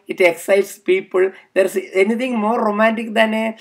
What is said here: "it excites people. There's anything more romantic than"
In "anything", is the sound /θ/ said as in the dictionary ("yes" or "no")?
no